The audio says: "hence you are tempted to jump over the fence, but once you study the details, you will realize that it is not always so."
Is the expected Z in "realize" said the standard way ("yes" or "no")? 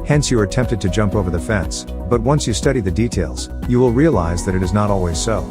yes